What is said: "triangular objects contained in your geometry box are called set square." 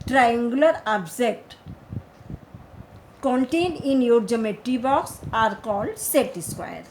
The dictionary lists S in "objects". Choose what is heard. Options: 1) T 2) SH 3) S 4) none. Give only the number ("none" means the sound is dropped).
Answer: 4